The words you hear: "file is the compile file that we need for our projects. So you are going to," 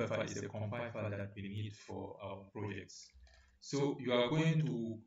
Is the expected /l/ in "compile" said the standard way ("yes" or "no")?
no